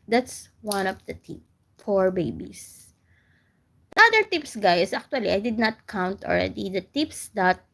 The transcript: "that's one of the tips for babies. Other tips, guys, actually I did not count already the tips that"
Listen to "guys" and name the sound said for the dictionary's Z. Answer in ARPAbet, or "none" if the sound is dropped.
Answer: S